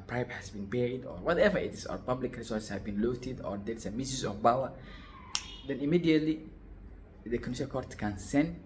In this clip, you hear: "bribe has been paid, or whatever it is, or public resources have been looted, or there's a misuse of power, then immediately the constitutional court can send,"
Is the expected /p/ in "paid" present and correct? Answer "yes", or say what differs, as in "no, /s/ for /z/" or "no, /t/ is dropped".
no, /b/ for /p/